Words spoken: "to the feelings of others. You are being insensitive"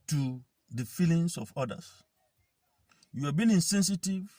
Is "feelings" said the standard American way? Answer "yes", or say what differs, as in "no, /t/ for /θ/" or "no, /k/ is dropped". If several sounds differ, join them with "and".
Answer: no, /s/ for /z/